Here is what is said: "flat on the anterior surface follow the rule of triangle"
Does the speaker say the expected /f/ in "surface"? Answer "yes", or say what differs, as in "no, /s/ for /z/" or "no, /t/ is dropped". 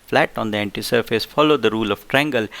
yes